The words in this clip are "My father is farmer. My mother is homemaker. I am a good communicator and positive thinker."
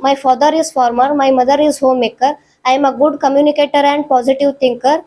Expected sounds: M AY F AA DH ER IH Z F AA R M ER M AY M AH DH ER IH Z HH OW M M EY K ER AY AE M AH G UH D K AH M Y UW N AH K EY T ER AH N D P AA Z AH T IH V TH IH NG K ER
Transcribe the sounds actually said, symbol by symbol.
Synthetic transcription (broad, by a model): M AY F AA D ER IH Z F AA R M ER M AY M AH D ER IH Z HH OW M M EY K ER AY M AH G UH D K AH M Y UW N AH K EY T ER AH N D P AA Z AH T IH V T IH NG K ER